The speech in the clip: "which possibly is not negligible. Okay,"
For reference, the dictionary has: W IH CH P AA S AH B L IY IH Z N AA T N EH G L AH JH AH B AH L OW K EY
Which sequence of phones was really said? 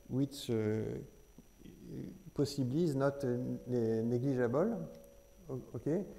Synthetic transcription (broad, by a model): W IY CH P AA S AH B L IY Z N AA T N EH G L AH ZH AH B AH L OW K EY